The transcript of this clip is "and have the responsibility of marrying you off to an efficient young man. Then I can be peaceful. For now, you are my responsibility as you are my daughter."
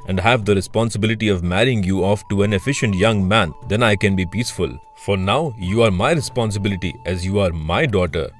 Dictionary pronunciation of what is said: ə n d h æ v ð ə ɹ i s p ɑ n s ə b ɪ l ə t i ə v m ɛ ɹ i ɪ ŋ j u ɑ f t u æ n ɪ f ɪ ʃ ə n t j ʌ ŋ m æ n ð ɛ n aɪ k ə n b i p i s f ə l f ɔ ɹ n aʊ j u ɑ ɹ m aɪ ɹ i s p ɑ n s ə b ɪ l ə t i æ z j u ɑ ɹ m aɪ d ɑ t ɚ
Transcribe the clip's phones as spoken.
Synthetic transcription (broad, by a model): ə n d h æ v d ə ɹ i s p ɑ n s ə b ɪ l ə t i ə v m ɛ ɹ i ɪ ŋ j u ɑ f t u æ n ɪ f ɪ ʃ ə n t j ʌ ŋ m æ n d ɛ n aɪ k ə n b i p i s f ə l f ɔ ɹ n aʊ j u ɑ ɹ m aɪ ɹ i s p ɑ n s ə b ɪ l ə t i æ z j u ɑ ɹ m aɪ d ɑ t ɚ